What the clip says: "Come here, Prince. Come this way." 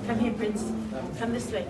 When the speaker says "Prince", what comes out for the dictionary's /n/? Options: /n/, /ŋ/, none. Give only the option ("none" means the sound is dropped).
/n/